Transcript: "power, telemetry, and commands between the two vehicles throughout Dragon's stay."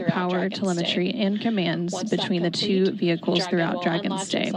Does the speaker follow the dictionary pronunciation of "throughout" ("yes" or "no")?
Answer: yes